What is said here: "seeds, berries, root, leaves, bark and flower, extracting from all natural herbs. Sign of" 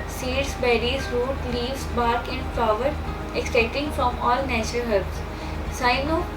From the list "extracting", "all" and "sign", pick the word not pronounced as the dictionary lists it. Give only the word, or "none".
extracting